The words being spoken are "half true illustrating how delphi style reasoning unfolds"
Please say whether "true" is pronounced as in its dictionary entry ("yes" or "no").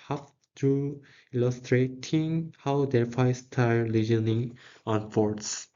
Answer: no